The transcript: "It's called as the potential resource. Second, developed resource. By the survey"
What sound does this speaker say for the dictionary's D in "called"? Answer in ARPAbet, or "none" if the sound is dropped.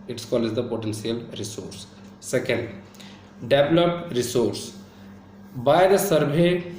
none